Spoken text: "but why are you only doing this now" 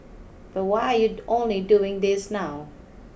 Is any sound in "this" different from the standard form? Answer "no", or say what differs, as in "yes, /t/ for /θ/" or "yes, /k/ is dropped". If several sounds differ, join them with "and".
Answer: no